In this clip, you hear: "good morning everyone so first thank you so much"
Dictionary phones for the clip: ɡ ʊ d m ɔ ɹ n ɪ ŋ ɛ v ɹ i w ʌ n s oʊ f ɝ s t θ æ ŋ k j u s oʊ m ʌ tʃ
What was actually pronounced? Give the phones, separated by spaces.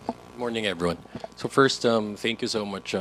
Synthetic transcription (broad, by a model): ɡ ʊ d m ɔ ɹ n ɪ ŋ ɛ v ɹ i w ʌ n s oʊ f ɝ s t θ æ ŋ k j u s oʊ m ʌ tʃ